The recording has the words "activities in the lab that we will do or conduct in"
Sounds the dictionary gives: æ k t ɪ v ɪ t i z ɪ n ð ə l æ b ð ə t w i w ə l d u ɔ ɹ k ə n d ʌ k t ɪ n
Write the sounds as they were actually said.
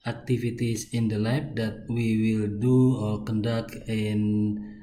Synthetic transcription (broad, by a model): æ k t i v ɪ t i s ɪ n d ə l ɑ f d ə t w i w ə l d u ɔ l k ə n d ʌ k ɪ n